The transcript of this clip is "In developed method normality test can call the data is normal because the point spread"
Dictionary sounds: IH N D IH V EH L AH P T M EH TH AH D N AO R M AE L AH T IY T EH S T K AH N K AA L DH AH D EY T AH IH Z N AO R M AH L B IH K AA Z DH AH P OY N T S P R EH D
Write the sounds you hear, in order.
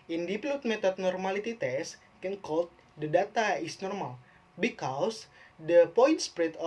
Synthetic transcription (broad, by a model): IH N D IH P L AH T M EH T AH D N AO R M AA L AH T IY T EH S K AH N K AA L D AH D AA T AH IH S N AO R M AH L B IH K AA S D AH P OY N T S P R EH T